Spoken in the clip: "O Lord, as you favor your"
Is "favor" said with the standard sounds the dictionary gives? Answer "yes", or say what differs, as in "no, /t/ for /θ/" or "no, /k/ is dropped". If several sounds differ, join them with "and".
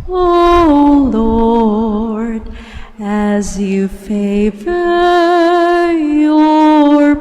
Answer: yes